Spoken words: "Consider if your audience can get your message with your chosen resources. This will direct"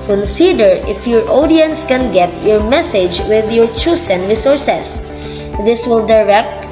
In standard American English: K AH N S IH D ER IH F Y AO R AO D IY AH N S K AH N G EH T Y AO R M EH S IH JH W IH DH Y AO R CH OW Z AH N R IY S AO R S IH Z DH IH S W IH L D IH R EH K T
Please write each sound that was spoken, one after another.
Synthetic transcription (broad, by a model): K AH N S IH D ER IH F Y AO R AO D IY AH N S K AH N G EH T Y AO R M EH S IH JH W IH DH Y AO R CH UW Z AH N R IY S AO R S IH S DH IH S W IH L D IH R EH K T